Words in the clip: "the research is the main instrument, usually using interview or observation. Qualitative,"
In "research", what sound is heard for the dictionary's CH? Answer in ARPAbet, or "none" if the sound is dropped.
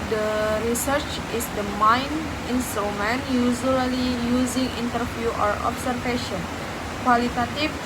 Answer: CH